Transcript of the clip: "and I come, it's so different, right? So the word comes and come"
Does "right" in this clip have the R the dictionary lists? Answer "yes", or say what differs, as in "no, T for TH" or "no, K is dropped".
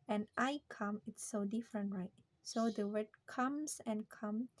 yes